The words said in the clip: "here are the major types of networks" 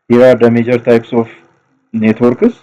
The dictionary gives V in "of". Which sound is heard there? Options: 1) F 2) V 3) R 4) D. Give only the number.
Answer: 1